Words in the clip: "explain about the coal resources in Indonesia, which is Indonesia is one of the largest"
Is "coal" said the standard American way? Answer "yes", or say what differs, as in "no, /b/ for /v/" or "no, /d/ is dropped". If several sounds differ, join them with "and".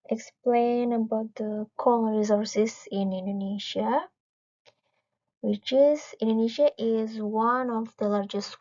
no, /n/ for /l/